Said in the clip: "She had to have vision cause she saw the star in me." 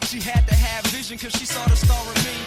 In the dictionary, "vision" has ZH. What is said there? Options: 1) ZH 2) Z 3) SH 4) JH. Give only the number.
1